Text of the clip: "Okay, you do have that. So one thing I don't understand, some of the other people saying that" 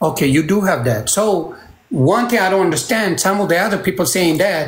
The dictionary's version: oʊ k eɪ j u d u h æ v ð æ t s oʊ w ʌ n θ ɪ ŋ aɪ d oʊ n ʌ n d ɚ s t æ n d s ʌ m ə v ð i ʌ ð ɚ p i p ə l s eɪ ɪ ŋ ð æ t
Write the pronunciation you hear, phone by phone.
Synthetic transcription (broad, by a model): oʊ k eɪ j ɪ d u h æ v ð æ t s oʊ w ʌ n θ ɪ ŋ aɪ d oʊ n ʌ n d ɚ s t æ n d s ʌ m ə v ð i ʌ ð ɚ p i p l s eɪ ɪ ŋ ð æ t